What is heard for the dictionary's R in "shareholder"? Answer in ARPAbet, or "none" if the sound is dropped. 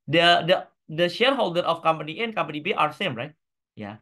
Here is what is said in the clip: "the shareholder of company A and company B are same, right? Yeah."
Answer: R